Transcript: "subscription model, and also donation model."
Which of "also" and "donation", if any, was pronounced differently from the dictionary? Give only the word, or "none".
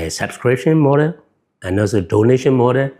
also